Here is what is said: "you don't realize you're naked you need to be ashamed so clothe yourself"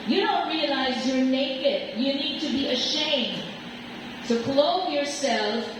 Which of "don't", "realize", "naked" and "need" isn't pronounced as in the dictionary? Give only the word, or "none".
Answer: none